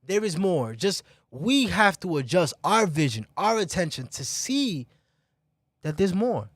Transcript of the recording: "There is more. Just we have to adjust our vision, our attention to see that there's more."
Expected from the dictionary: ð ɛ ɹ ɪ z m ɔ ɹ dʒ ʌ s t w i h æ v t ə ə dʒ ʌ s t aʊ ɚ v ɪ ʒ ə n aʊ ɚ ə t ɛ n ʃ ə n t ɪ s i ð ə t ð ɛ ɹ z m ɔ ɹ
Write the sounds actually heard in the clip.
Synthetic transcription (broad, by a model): ð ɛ ɹ ɪ z m ɔ ɹ dʒ ʌ s t w i h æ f t ə ə dʒ ʌ s t aʊ ɚ v ɪ ʒ ə n aʊ ɚ ə t ɛ n ʃ ə n t ɪ s i ð ə t ð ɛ ɹ z m ɔ ɹ